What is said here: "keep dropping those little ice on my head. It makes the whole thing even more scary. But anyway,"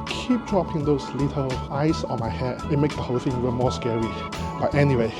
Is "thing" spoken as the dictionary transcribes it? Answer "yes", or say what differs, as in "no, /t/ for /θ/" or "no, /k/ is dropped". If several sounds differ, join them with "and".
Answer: no, /f/ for /θ/